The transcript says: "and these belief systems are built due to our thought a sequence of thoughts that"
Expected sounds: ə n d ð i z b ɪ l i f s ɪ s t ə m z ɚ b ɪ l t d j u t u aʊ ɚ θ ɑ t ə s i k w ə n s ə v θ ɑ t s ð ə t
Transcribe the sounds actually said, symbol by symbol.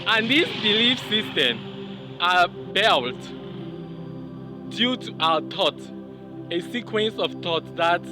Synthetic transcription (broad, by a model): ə n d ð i s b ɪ l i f s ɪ s t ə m ɚ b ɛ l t d j u t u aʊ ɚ t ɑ t ə s i k w ə n s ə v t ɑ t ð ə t